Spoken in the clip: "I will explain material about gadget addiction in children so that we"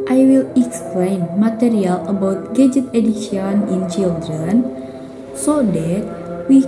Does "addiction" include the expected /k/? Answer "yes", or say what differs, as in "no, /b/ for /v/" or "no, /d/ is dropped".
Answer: no, /k/ is dropped